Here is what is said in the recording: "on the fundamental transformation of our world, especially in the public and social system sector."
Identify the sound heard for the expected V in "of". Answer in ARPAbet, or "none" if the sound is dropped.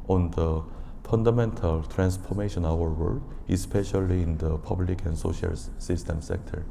W